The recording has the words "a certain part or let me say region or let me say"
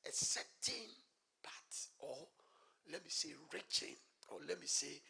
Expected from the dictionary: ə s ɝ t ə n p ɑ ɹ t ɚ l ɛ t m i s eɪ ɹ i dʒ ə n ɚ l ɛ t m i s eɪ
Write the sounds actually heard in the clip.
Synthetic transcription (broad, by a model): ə s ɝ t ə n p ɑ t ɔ l ɛ t m i s eɪ ɹ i tʃ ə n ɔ l ɛ t m i s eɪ